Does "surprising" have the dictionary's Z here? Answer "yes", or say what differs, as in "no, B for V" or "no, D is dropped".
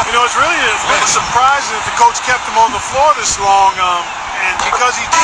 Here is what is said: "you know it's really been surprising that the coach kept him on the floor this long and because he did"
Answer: yes